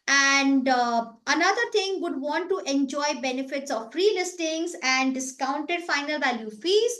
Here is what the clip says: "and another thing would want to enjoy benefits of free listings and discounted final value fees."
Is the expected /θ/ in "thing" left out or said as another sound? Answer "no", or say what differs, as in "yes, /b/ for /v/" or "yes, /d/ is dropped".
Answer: yes, /t/ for /θ/